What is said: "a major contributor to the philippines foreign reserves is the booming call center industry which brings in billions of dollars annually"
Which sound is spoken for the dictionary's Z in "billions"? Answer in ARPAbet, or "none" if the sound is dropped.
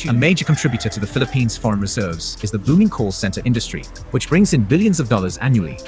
Z